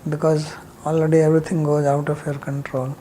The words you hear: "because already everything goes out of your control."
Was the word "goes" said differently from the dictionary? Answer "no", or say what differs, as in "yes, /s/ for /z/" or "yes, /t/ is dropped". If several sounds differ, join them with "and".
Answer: no